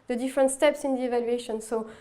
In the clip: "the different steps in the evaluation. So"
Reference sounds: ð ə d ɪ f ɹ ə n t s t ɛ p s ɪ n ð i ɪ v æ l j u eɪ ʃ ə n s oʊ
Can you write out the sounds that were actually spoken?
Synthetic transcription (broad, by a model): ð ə d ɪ f ɹ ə n t s t ɛ p s ɪ n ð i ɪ v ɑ l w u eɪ ʃ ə n s oʊ